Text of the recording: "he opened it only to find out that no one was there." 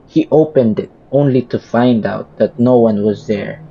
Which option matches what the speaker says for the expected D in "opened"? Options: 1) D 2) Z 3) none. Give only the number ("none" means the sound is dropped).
1